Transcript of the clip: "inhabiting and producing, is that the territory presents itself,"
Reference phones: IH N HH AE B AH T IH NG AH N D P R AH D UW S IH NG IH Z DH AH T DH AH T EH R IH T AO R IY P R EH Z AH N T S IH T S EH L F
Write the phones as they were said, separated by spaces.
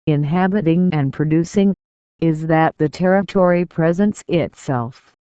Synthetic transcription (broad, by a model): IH N HH AE B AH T IH NG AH N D P R AH D UW S IH NG IH Z DH AH T DH AH T EH R IH T AO R IY P R EH Z AH N T S IH T S EH L F